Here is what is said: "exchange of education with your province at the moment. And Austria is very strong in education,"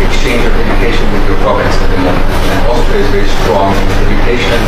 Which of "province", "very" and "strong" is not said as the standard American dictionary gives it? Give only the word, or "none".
province